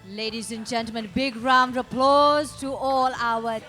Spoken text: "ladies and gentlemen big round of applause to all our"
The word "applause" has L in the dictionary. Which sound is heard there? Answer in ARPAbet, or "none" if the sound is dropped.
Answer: L